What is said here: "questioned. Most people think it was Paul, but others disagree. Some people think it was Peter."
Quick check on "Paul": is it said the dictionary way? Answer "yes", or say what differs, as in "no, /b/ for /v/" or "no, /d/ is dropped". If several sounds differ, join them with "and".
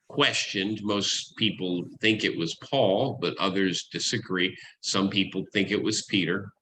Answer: yes